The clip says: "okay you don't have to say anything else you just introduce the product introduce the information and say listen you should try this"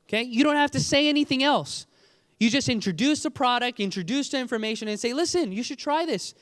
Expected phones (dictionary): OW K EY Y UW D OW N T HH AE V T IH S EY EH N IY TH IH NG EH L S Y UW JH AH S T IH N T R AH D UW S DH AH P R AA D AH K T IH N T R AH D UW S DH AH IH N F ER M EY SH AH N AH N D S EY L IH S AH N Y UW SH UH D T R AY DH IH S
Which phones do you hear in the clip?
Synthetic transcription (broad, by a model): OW K EY Y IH D OW N T HH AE F T IH S EY EH N IY TH IH NG EH L S Y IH JH AH S T IH N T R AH D UW S DH AH P R AA D AH K T IH N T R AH D UW S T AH IH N F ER M EY SH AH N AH N S EY L IH S AH N Y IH SH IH D T R AY DH IH S